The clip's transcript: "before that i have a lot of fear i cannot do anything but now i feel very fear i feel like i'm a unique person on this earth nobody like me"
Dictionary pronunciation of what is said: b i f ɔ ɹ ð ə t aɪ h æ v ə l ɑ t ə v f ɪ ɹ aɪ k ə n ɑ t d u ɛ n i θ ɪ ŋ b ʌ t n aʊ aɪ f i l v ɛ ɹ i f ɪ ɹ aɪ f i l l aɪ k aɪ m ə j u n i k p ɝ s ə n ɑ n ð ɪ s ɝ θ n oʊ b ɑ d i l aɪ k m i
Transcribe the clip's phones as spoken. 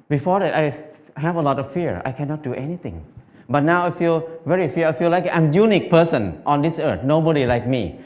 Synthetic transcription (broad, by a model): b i f ɔ ɹ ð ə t aɪ h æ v ə l ɑ t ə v f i ɹ aɪ k ə n ɑ t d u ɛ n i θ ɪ ŋ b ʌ t n aʊ aɪ f i l v ɛ ɹ i f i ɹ aɪ f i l l aɪ k aɪ m j u n i k p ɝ s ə n ɑ n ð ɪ s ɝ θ n oʊ b ɑ d i l aɪ k m i